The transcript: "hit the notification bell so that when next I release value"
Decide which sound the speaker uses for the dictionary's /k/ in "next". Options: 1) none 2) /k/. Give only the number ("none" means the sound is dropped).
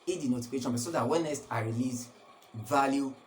1